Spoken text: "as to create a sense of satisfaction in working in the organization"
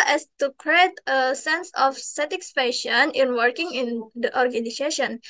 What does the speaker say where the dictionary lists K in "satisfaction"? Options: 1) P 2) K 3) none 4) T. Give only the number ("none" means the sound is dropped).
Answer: 3